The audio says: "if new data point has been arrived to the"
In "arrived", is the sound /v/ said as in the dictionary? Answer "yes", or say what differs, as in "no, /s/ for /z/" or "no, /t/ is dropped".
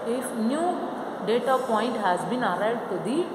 no, /v/ is dropped